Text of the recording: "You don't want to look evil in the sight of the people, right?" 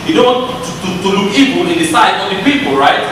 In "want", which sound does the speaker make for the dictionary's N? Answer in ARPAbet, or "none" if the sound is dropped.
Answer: none